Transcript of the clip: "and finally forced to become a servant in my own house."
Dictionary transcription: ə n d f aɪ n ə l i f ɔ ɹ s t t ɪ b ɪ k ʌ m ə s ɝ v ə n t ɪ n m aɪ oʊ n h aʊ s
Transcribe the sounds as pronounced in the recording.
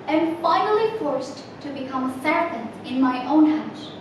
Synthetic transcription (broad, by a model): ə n f aɪ n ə l i f ɔ ɹ s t t ɪ b ɪ k ʌ m ə s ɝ p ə n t ɪ n m aɪ oʊ n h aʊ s